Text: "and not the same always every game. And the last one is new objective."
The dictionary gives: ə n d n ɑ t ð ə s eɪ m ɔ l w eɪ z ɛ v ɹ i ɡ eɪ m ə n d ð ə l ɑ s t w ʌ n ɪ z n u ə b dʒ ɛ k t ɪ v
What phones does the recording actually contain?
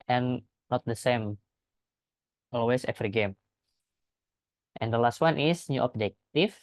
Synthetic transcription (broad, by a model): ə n n ɑ t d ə s eɪ m ɔ l w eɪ s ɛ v ɹ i ɡ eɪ m ə n d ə l ɑ s t w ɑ n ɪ s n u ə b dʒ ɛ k t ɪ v